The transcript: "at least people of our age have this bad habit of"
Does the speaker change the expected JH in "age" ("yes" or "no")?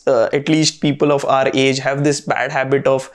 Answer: no